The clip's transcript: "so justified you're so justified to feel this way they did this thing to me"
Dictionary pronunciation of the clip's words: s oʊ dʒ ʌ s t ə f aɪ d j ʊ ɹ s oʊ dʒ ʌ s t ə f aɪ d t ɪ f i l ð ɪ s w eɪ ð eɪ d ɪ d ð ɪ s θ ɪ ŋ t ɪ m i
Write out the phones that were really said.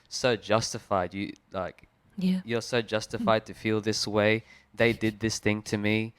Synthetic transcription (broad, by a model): s oʊ dʒ ʌ s t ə f aɪ d j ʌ ɹ s oʊ dʒ ʌ s t ə f aɪ d t ɪ f i l ð ɪ s w eɪ ð eɪ d ɪ d ð ɪ s θ ɪ ŋ t ɪ m i